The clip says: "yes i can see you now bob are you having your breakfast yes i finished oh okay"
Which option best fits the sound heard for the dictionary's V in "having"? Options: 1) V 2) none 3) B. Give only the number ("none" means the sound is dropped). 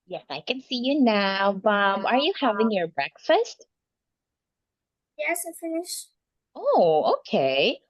1